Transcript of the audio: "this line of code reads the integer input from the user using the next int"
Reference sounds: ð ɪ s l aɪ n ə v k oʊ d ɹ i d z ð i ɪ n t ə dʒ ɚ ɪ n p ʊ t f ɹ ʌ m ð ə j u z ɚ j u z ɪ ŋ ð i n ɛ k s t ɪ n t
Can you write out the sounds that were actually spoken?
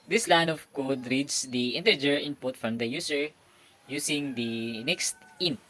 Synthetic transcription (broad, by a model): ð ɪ s l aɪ n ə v k oʊ d ɹ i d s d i ɪ n t ə dʒ ɚ ɪ n p ʊ t f ɹ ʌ m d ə j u s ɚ j u s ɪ ŋ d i n ɛ k s t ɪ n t